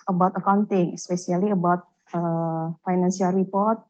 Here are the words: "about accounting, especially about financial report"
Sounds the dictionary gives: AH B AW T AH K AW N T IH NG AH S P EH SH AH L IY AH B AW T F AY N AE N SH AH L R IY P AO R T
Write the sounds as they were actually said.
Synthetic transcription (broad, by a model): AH B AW T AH K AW N T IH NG S P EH S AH L IY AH B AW T F AY N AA N S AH L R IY P AO R T